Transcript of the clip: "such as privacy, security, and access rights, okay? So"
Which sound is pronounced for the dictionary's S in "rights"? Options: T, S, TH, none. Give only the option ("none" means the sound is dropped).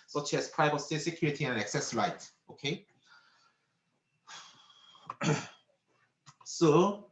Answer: none